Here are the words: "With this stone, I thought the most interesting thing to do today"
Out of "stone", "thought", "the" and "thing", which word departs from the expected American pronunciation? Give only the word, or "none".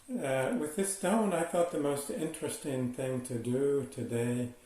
none